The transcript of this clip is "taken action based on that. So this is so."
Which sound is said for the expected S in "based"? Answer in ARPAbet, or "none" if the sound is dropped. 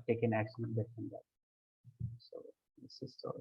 none